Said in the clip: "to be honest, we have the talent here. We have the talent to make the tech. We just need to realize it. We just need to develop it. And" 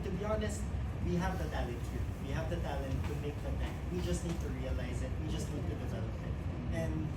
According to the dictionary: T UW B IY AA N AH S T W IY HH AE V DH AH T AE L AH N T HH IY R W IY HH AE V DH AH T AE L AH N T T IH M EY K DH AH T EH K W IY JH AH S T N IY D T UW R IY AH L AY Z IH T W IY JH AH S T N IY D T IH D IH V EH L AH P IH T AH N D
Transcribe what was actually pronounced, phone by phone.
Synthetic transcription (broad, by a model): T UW B IY AA N AH S T W IY HH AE V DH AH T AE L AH T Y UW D W IY HH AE V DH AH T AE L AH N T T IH M EY K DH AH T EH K W IY JH AH S T N IY D T UW R IY AH L AY Z IH T W IY JH AH S T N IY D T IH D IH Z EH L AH F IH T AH N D